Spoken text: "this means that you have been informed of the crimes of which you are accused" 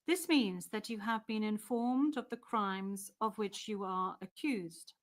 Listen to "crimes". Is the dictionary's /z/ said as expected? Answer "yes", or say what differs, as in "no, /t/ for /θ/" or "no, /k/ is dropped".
yes